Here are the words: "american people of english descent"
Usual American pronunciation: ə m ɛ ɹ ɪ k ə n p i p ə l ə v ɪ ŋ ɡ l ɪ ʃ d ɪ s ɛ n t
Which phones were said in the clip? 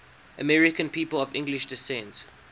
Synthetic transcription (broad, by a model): ə m ɛ ɹ ɪ k ə n p i p ə l ə v ɪ ŋ ɡ l ɪ ʃ d ɪ s ɛ n t